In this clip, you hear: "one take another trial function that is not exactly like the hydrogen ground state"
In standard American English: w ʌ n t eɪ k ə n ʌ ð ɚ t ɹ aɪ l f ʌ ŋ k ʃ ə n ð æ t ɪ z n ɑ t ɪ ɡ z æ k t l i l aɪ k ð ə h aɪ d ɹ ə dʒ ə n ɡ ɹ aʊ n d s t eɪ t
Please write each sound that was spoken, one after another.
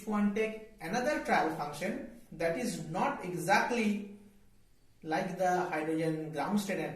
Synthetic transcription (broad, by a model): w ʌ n t eɪ k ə n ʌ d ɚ t ɹ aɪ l f ʌ ŋ k ʃ ə n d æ t ɪ z n ɑ t ɪ ɡ z æ k t l i l aɪ k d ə h aɪ d ɹ ə dʒ ə n ɡ ɹ aʊ n d s t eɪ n